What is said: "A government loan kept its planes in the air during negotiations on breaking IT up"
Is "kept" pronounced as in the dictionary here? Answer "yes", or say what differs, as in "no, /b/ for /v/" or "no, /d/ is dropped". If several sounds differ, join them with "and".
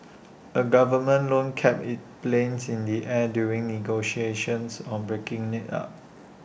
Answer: no, /t/ is dropped